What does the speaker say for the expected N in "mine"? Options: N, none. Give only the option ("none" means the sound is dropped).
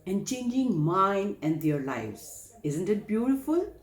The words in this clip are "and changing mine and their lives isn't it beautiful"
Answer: N